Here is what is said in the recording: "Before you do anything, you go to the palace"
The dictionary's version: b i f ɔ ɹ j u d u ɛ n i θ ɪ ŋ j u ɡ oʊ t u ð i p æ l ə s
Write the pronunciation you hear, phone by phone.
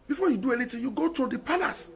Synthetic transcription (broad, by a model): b i f ɔ j u d u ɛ n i t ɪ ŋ j u ɡ oʊ t u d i p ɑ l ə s